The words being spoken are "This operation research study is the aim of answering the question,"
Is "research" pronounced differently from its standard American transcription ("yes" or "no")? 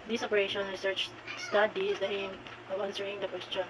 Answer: no